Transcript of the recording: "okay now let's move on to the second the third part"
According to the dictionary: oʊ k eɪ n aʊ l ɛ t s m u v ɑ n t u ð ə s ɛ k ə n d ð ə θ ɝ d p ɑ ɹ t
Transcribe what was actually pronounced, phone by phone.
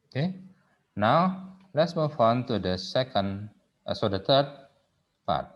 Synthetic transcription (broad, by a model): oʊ k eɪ n aʊ l ɛ t s m u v ɑ n t u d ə s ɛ k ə n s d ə t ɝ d p ɑ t